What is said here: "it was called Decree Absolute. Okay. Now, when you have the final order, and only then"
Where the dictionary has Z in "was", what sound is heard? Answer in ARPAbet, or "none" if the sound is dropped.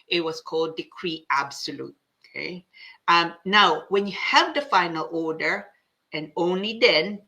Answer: S